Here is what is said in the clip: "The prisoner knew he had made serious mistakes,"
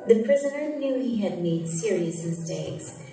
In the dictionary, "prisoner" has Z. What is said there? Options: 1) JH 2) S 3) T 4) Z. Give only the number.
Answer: 4